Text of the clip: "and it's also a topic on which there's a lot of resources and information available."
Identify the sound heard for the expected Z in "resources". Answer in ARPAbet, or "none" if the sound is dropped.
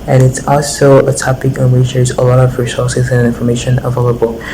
Z